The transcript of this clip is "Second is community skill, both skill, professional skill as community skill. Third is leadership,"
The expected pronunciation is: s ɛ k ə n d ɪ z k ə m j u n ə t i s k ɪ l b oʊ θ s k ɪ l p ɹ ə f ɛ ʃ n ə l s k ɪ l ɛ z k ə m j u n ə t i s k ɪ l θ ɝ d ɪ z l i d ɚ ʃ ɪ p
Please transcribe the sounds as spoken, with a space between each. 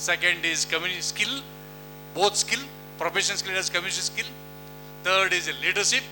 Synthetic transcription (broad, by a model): s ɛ k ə n d ɪ z k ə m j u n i s k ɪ l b oʊ t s k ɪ l p ɹ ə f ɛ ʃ ə n s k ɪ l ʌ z k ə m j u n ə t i s k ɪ l t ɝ d ɪ z l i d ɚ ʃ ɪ p